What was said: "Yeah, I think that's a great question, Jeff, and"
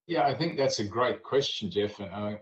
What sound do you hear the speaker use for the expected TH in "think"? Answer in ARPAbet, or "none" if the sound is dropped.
TH